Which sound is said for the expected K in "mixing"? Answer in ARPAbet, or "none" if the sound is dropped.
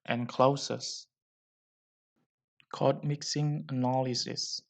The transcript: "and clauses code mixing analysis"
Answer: K